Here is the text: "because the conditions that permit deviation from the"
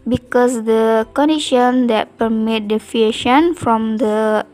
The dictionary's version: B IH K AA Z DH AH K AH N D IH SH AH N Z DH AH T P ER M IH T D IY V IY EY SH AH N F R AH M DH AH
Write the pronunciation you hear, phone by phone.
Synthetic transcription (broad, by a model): B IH K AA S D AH K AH N D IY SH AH N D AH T P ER M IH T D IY F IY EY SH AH N F R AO M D AH